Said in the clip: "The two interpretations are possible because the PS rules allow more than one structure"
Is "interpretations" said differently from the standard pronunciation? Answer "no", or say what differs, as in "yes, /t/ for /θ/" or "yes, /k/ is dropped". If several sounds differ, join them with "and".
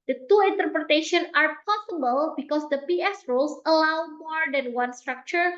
yes, /z/ is dropped